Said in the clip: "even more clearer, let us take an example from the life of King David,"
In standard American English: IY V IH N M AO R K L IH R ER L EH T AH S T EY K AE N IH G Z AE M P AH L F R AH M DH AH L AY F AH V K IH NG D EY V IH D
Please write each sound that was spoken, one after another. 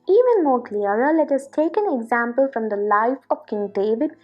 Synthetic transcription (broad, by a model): IY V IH N M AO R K L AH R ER L EH T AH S T EY K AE N IH G Z AE M P AH L F R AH M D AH L AY F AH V K IH NG D EY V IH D